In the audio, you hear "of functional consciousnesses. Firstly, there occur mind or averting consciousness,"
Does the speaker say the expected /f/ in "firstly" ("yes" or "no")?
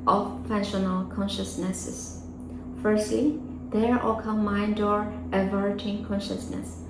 yes